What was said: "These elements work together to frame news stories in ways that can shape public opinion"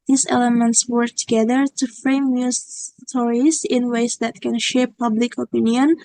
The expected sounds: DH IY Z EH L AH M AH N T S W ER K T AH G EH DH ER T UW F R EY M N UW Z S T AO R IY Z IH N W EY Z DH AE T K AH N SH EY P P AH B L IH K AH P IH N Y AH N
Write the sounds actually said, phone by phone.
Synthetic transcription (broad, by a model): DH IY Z EH L AH M AH N T S W ER K T AH G EH DH ER T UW F R EY M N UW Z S T AO R IY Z IH N W EY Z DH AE T K AH N SH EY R P AH B L IH K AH P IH N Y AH N